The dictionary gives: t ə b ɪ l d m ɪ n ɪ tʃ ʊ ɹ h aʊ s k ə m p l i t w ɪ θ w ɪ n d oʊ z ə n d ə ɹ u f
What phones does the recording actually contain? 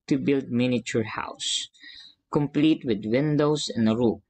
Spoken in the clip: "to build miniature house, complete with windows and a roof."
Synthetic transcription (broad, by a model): t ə b ɪ l d m ɪ n ɪ tʃ ʊ ɹ h aʊ s k ə m p l i t w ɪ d w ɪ n d oʊ s ə n d ə ɹ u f